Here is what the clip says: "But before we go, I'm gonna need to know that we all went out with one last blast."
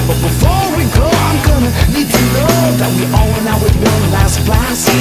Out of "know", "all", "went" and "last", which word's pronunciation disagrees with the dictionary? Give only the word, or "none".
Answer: went